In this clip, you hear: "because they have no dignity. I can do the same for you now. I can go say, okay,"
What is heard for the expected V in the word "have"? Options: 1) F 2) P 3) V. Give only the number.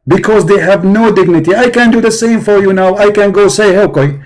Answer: 3